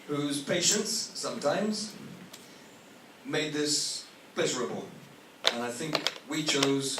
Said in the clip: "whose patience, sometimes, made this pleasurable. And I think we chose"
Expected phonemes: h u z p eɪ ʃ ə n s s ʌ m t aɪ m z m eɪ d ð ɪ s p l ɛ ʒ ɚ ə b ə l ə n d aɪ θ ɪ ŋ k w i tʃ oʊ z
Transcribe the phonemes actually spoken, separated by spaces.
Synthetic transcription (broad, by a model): h u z p eɪ ʃ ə n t s ʌ m t aɪ m z m eɪ d ð ɪ s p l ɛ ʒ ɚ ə b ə l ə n aɪ θ ɪ ŋ k w i tʃ oʊ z